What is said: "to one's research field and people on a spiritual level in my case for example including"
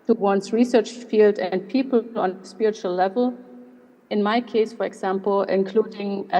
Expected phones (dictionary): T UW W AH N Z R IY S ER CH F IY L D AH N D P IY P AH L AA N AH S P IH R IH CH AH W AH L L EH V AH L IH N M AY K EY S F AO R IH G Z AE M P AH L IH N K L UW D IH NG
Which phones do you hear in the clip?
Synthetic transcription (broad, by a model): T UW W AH N S R IY S ER CH F IY L D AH N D P IY P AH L AA N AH S P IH R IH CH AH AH L L EH V AH L IH N M AY K EY S F AO R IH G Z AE M P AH L IH N K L UW D IH NG